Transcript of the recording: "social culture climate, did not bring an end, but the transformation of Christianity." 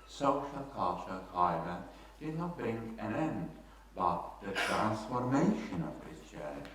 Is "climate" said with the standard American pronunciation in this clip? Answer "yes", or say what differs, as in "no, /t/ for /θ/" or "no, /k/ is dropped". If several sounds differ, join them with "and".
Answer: no, /l/ is dropped